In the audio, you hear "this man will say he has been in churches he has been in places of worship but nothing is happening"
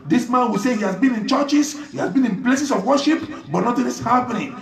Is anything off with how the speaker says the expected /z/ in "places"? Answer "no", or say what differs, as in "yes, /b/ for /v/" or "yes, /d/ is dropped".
yes, /s/ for /z/